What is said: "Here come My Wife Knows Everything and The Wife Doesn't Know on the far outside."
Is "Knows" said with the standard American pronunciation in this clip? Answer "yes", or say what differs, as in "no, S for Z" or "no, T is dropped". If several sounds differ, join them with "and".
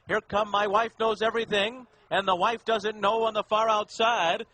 yes